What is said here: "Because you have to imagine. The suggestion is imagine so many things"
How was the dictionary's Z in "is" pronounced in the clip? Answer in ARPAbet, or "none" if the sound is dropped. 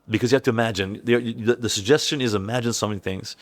Z